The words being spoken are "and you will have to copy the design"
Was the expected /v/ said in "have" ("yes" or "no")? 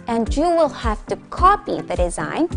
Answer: no